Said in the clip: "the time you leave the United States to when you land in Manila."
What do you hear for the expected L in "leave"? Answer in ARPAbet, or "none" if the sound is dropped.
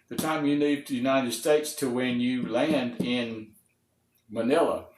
N